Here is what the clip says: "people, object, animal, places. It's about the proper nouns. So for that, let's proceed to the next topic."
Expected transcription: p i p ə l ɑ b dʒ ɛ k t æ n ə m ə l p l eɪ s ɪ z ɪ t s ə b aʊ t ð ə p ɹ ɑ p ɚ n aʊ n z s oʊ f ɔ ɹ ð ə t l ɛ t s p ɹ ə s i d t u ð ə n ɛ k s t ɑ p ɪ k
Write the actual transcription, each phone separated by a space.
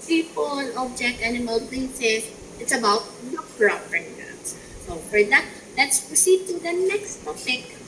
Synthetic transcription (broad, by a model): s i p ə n ɑ b dʒ ɛ k t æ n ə m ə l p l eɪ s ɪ s ɪ t s ə b aʊ t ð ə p ɹ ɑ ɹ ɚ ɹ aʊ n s s oʊ f ɔ ɹ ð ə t l ɛ t s p ɹ ə s i d t u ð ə n ɛ k s t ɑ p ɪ k